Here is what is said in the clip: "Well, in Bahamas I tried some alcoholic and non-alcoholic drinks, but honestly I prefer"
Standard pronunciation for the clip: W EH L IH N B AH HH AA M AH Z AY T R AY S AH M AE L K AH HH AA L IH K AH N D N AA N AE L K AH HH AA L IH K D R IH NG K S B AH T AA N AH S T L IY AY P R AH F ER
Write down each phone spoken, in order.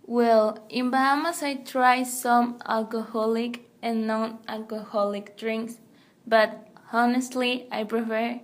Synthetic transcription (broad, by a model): W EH L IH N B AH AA M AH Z AY T R AY S AH M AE L K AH HH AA L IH K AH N N AA N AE L K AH HH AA L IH K D R IH NG K S B AH T AA N AH S T L IY AY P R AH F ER